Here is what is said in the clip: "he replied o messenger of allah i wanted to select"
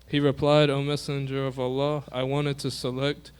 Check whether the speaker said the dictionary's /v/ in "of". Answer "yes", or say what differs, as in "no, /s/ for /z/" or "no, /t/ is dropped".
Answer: yes